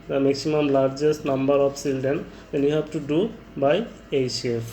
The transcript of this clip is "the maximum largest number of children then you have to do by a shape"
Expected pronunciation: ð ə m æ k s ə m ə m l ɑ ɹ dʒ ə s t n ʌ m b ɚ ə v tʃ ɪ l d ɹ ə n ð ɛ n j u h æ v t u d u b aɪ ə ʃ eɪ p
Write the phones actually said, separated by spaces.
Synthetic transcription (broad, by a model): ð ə m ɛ k s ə m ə m l ɑ ɹ dʒ ə s t n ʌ m b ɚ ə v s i l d ə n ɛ n j u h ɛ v t u d u b aɪ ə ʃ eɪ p